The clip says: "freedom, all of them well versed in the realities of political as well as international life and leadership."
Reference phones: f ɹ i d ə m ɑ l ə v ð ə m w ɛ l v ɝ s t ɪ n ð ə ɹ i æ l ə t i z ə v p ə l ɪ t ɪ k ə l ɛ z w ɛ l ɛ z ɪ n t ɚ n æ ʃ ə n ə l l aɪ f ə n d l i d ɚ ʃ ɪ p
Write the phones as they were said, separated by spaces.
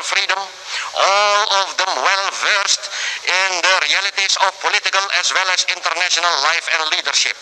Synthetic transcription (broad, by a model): f ɹ i d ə m ɑ l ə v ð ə m w ɛ l v ɝ s t ɪ n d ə ɹ i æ l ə t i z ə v p ə l ɪ t ɪ k ə l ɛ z w ɛ l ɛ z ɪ n t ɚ n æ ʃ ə n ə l l aɪ f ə n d l i d ɚ ʃ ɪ p